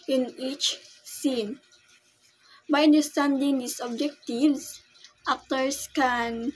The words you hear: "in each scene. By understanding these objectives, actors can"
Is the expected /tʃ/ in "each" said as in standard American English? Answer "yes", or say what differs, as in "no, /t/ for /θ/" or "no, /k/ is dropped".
yes